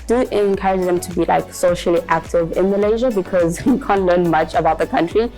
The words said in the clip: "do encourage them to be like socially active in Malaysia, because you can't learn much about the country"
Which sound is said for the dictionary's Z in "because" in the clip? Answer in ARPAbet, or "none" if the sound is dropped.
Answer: Z